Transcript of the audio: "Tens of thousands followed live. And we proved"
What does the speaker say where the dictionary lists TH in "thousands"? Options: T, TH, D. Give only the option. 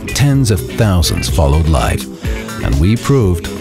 TH